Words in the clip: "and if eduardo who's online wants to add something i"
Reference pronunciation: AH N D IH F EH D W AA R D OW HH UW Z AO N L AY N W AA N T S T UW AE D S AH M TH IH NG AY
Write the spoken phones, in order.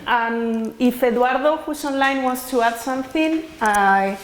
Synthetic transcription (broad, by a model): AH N IH F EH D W AA R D OW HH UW S AO N L AY N W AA N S T UW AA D S AH M TH IH NG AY